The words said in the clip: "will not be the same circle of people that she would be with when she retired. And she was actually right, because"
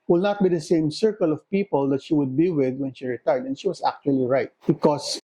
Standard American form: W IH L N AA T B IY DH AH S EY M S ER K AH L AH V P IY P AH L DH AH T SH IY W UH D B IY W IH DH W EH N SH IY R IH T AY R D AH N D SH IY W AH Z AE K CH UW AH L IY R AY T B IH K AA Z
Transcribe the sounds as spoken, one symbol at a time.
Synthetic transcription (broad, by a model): W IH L N AA T B IY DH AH S EY M S ER K AH L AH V P IY P AH L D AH T SH IY W UH D B IY W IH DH W EH N SH IY R IH T AY R D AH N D SH IY W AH S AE K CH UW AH L IY R AY T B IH K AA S